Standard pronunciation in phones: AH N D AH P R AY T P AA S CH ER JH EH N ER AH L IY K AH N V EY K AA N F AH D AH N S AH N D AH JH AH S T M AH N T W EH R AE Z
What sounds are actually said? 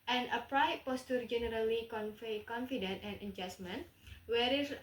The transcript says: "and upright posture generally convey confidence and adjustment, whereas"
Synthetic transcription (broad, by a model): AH N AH P R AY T P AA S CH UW JH EH N ER AH L IY K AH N F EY K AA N F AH D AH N AH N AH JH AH S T M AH N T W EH R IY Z